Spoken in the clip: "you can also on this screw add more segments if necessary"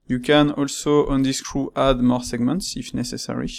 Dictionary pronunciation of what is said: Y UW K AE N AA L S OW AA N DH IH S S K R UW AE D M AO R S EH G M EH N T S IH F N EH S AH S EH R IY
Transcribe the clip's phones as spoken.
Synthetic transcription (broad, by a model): Y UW K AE N AA L S OW AA N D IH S S K R UW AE D M AO R S EH G M EH N T S IH F N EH S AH S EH R IY